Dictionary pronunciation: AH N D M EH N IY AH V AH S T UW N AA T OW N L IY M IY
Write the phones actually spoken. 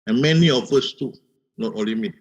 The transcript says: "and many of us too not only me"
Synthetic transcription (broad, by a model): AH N M EH N IY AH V AH S T UW N AA T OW L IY M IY